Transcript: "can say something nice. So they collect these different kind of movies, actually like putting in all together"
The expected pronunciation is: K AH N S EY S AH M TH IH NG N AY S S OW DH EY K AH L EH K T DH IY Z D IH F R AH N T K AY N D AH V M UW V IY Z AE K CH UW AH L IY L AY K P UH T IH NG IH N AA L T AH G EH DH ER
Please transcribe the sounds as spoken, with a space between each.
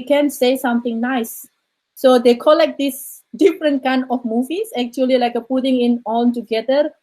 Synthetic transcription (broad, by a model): K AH N S EY S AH M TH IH NG N AY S S OW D EY K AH L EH K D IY S D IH F R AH N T K AY N D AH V M UW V IY S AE K CH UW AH L IY L AY K P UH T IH NG IH N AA N T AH G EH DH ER